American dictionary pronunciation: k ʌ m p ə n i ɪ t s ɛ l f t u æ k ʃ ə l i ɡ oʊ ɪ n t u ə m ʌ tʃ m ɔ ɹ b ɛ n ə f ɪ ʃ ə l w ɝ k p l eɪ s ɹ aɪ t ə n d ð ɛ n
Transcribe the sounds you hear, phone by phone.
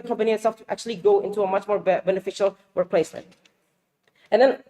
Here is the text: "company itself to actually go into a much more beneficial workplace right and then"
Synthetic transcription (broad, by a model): k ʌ m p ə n i ɪ t s ɛ l f t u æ k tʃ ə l i ɡ oʊ ɪ n t u ə m ʌ tʃ m ɔ ɹ b ɛ n ə f ɪ ʃ ə l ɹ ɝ p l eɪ s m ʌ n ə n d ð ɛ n